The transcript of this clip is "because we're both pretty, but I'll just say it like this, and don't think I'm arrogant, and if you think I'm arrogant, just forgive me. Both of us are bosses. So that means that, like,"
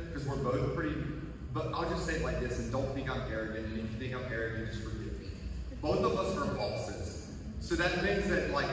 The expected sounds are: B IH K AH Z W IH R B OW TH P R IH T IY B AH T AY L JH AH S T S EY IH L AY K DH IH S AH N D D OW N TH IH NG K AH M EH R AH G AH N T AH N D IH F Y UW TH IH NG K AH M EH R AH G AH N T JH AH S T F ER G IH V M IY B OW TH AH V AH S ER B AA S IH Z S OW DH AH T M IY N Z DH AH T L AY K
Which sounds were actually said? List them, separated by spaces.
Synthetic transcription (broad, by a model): K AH Z W IH R B OW TH P R IH T IY B AH T AY L JH AH S T S EY IH L AY K DH IH S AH N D D OW N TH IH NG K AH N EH R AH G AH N AH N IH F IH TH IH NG AH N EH R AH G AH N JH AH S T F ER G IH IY B OW TH AH V AH S ER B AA S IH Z S OW DH AH T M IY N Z DH AH T L AY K